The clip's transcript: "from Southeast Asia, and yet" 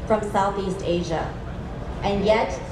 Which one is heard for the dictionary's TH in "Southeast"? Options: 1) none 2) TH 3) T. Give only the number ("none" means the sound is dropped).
2